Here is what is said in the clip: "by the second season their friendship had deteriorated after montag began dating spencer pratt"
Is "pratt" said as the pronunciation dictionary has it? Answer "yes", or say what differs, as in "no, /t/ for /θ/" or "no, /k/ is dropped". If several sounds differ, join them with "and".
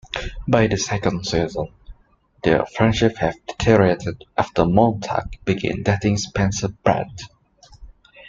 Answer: no, /b/ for /p/